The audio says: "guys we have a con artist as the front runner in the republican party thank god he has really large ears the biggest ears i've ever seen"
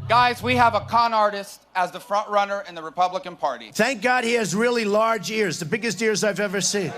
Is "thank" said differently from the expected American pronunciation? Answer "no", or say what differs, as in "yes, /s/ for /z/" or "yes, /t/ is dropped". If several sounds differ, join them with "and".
no